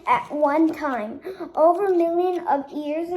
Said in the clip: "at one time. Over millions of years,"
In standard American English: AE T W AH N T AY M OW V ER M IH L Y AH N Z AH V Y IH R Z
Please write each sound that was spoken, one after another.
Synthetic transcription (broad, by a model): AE T W AH N T AY M OW V ER M IH L Y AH N AH V Y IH R Z